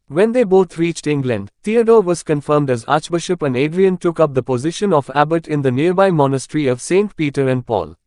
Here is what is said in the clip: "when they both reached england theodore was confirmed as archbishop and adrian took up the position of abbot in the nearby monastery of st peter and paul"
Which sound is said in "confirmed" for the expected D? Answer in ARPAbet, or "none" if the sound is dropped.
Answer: D